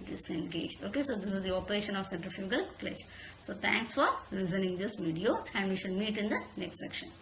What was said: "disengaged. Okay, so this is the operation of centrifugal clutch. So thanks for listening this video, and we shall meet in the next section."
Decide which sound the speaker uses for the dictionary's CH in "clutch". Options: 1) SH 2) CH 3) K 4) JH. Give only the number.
1